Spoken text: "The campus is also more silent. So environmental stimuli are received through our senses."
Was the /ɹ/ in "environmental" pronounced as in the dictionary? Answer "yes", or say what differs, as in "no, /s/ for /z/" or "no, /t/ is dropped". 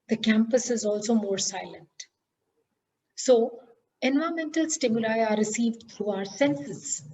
no, /ɹ/ is dropped